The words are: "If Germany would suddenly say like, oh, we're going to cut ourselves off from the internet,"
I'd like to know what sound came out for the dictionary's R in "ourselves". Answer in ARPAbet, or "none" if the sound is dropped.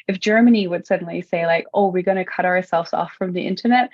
R